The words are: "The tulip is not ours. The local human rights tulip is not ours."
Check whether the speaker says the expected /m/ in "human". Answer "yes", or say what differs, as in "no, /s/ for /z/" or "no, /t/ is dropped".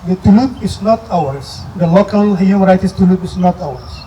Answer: no, /m/ is dropped